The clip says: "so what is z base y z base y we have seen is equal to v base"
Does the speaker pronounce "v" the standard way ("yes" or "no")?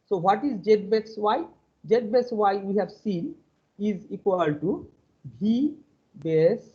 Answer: no